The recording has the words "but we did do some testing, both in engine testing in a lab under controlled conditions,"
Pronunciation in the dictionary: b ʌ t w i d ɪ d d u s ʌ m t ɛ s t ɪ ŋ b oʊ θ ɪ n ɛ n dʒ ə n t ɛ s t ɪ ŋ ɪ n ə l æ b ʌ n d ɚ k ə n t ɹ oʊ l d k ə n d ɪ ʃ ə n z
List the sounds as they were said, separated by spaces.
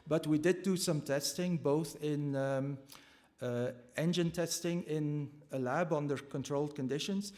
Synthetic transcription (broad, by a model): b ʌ t w i d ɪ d d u s ʌ m t ɛ s t ɪ ŋ b oʊ θ ɪ n ɛ n dʒ ə n t ɛ s t ɪ ŋ ɪ n ə l æ b ʌ n d ɚ k ə n t ɹ oʊ l d k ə n d ɪ ʃ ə n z